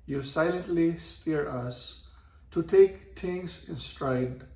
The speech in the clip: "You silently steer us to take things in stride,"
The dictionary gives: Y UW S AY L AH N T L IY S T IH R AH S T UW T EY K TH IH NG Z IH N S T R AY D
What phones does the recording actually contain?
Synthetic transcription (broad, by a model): Y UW S AY L AH N T L IY S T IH R AH S T UW T EY K T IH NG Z IH N S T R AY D